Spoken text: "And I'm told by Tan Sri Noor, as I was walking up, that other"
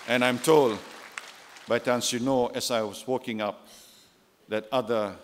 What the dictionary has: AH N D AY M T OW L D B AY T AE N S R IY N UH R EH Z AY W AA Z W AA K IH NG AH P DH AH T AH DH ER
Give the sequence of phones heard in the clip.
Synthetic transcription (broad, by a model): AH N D AY M T OW L D B AY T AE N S IY N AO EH S AY W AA S W AA K IH NG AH P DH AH T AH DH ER